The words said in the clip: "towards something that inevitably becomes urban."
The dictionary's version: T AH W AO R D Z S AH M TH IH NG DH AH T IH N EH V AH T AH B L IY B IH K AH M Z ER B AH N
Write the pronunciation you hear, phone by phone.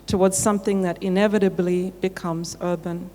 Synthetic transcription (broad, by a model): T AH W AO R D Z S AH M TH IH NG DH AH T IH N EH V AH T AH B L IY B IH K AH M Z ER B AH N